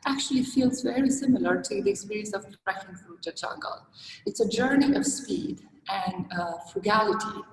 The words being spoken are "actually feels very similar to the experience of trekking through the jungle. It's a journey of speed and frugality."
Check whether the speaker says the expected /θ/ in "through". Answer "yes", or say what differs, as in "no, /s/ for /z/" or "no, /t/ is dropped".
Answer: no, /f/ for /θ/